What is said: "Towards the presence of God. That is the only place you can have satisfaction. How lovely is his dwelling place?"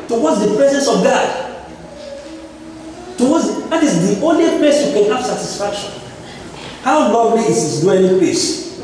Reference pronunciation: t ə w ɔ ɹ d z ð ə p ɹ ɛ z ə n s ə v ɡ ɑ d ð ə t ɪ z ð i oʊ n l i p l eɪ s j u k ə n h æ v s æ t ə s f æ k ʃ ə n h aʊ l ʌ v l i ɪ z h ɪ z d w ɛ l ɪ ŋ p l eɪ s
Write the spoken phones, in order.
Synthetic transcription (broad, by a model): t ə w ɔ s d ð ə p ɹ ɛ z ə n s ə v ɡ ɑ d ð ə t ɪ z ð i oʊ n l i p l eɪ s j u k ə n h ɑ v s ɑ t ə s f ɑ k ʃ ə n h aʊ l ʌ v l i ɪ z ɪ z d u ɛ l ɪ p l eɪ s